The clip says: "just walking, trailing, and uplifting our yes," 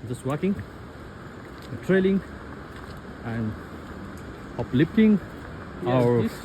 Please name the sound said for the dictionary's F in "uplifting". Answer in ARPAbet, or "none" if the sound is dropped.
P